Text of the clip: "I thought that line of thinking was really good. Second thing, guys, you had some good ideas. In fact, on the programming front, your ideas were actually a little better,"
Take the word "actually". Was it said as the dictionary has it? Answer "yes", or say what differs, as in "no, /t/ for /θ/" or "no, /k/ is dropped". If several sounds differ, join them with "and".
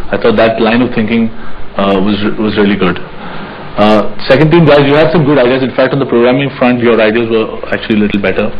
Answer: yes